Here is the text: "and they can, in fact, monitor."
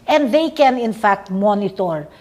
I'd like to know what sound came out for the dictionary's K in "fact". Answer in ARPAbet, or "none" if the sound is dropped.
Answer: K